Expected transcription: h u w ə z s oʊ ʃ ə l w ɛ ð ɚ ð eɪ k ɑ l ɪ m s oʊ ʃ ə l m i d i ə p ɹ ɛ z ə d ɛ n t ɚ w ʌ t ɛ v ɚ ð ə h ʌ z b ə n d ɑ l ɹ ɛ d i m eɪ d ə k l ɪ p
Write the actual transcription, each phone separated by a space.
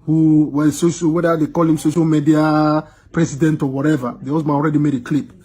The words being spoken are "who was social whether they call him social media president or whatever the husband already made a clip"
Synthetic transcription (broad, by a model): h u w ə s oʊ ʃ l w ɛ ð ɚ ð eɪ k ɑ l ɪ m s oʊ ʃ ə l m i d i ə p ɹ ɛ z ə d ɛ n t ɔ w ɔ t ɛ v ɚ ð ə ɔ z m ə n ɑ l ɹ ɛ d i m eɪ d ə k l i p